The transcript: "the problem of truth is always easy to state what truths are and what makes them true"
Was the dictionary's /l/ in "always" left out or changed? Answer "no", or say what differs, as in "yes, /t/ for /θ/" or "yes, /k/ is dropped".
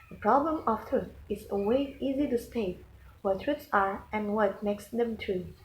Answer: yes, /l/ is dropped